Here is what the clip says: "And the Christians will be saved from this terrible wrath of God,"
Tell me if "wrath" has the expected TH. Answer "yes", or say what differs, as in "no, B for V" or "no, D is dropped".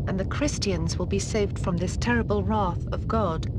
yes